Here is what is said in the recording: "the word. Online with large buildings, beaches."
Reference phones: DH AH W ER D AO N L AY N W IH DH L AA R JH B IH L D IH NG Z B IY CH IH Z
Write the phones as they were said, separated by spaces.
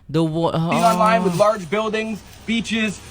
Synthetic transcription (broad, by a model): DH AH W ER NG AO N L AY N W IH DH L AA R JH B IH L D IH NG Z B IY CH IH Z